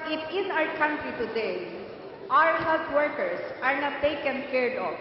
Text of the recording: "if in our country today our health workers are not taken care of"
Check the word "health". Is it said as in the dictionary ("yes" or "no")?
no